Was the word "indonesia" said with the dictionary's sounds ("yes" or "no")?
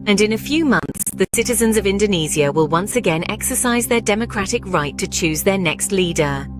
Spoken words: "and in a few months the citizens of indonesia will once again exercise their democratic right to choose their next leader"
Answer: no